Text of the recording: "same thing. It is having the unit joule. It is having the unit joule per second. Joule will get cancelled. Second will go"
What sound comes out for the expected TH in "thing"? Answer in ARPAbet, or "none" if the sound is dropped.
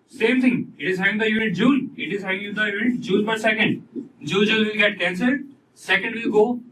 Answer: T